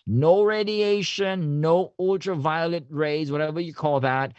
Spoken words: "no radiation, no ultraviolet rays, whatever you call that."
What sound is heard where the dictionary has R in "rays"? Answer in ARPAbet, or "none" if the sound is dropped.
R